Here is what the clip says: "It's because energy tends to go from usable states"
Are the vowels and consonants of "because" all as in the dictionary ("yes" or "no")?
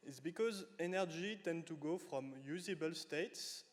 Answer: yes